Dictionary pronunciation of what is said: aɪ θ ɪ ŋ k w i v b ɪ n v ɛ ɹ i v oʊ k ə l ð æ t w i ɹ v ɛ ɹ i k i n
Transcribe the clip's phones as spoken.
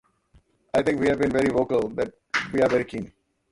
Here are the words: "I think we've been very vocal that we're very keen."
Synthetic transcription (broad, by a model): aɪ t ɪ ŋ k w i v b ɪ n v ɛ ɹ i v oʊ k ə l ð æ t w i ɹ v ɛ ɹ i k i n